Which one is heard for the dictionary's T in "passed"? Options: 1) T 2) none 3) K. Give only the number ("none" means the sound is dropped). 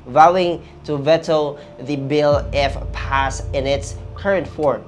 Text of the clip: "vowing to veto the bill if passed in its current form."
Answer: 2